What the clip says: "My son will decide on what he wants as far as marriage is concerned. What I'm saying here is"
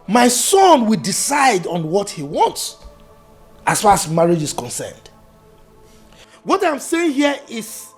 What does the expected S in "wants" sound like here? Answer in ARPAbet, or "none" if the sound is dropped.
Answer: S